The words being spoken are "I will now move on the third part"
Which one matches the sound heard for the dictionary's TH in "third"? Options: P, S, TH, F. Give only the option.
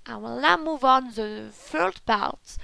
F